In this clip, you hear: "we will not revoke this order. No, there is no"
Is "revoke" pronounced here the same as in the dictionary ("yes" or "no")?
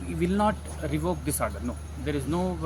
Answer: yes